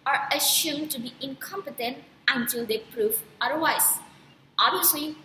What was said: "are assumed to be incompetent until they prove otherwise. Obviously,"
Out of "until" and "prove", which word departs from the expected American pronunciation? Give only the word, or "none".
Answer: prove